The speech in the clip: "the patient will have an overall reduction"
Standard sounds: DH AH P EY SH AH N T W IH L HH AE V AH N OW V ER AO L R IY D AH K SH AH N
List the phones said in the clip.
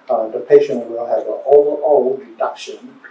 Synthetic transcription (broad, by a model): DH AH P EY SH AH N T W IH L HH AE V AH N OW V ER AO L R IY D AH K SH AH N